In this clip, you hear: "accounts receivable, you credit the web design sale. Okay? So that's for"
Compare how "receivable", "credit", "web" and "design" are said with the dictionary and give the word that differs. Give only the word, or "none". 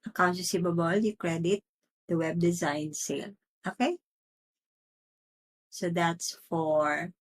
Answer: receivable